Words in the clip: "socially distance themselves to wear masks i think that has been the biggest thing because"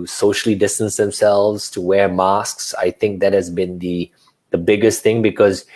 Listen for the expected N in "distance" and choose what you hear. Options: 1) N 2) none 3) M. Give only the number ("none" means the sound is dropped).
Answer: 1